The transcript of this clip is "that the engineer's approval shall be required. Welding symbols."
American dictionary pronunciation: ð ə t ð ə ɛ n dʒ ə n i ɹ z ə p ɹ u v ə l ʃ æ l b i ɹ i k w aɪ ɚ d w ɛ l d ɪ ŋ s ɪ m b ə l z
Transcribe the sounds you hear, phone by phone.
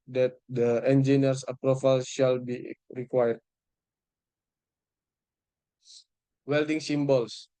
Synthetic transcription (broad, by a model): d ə t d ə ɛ n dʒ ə n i ɹ s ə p ɹ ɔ f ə l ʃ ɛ l b i ɹ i k w aɪ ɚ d w ɛ l d ɪ ŋ s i m b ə l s